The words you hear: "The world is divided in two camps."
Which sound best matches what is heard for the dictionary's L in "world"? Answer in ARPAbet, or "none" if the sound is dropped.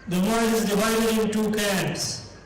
none